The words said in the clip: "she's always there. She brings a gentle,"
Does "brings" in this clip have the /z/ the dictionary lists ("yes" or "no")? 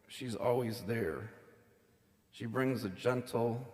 yes